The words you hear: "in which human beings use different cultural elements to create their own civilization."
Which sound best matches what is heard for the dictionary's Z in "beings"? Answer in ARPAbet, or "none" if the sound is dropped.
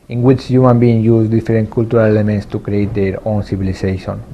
none